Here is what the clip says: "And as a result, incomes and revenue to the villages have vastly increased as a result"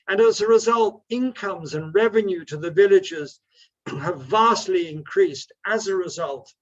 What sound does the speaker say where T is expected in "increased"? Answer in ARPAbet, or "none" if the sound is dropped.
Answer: T